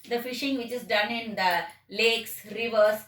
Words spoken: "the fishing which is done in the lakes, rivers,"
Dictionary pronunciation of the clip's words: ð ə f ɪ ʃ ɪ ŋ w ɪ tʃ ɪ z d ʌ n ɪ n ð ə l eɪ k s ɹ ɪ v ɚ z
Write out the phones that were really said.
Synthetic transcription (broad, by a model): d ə f ɪ ʃ ɪ ŋ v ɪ tʃ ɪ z d ʌ n ɪ n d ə l eɪ k s ɹ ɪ v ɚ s